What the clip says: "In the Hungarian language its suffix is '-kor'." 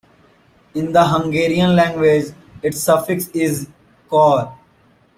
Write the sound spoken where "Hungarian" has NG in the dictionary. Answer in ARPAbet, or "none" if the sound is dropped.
NG